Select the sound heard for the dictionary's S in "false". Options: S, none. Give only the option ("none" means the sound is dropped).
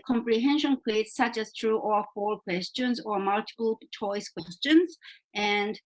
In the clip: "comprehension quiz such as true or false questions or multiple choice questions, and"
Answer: none